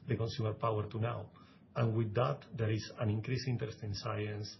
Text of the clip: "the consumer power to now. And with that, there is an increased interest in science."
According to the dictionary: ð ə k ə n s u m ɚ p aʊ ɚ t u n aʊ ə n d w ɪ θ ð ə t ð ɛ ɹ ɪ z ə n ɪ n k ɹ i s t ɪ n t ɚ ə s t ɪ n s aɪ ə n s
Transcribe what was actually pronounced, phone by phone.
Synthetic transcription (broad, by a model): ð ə k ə n s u m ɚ p aʊ ɚ t u n aʊ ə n w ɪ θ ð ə t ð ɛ ɹ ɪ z ə n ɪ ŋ k ɹ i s i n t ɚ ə s t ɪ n s aɪ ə n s